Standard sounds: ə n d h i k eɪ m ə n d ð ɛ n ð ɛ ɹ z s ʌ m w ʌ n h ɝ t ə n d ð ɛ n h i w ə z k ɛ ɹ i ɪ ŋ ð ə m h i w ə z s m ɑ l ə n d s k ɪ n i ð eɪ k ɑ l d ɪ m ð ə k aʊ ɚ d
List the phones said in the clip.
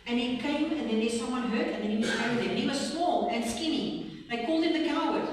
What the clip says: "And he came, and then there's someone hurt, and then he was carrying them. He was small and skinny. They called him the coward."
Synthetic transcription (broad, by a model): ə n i k eɪ m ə n ð ɛ n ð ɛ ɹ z s ʌ m w ʌ n h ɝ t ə n ð ɛ n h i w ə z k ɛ i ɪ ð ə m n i w ə z s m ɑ l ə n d s k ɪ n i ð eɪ k ɑ l d ɪ m ð ə k aʊ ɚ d